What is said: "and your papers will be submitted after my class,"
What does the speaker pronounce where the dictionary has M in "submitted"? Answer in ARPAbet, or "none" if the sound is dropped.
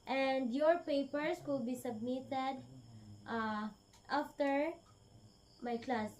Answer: M